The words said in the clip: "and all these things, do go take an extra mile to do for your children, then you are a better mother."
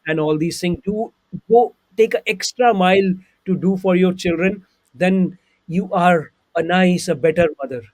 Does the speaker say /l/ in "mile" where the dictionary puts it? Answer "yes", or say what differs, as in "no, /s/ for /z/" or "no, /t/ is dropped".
yes